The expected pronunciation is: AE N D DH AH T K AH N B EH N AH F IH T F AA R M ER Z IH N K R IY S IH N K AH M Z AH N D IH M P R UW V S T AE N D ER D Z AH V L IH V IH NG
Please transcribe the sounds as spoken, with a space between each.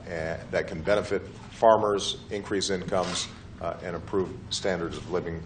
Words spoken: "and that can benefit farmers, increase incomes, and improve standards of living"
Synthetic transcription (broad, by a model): DH AH T K N B EH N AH F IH T F AA R M ER Z IH N K R IY S IH N K AH M Z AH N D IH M P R UW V S T AE N D ER D Z AH V L IH V IH NG